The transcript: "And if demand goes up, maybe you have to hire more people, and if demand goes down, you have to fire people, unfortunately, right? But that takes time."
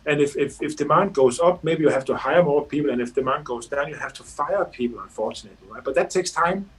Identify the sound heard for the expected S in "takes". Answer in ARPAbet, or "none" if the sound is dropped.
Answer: S